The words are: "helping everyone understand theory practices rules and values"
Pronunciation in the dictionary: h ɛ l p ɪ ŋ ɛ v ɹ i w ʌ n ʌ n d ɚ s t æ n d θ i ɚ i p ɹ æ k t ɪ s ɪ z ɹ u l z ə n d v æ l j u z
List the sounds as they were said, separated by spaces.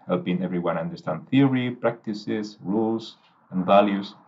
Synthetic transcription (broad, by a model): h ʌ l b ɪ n ɛ v ɹ i w ʌ n ʌ n d ɚ s t æ n d θ i ɚ i p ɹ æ k t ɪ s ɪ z ɹ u l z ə n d v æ l j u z